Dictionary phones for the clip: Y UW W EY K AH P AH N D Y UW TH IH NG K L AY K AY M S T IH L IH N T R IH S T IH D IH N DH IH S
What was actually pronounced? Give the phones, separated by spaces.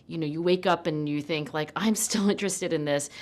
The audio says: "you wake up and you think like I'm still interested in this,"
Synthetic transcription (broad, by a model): Y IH W EY K AH P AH N Y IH TH IH NG K L AY K AY M S T IH L IH N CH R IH S T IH D IH N DH IH S